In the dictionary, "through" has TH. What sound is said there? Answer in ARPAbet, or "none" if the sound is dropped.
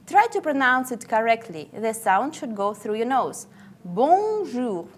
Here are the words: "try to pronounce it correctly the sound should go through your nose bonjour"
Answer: TH